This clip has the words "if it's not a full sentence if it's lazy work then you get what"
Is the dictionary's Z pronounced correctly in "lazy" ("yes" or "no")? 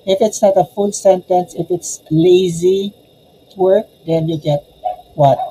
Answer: yes